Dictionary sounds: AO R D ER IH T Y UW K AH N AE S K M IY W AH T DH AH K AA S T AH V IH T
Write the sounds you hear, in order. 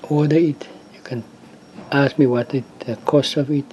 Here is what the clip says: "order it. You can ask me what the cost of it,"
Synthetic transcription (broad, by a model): AO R D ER IH T Y UW K AH N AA S K M IY W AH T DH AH K AA S T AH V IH T